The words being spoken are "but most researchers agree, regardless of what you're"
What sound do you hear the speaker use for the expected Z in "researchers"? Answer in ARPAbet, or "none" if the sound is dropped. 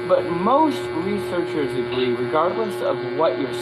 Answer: Z